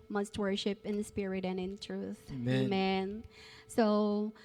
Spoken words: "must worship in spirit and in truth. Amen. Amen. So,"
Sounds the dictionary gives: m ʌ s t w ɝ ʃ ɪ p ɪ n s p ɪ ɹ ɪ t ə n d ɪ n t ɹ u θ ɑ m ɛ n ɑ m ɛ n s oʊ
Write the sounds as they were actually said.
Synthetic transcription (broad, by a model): m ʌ s t w ɝ ʃ ɪ p ɪ n s p ɪ ɹ ɪ t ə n ɪ n t ɹ u θ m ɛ m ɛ n s oʊ